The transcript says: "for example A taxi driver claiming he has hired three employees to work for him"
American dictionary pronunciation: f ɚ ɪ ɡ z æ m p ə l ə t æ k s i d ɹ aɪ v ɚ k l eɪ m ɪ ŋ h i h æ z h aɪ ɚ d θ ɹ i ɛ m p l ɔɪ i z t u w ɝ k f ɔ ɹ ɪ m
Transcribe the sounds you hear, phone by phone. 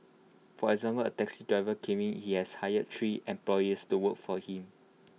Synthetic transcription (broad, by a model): f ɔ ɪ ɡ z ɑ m p ə l ə t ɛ k s i d ɹ aɪ v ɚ k eɪ m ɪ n h i h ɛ s h aɪ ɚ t ɹ i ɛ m p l ɔɪ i s t u w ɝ k f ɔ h ɪ m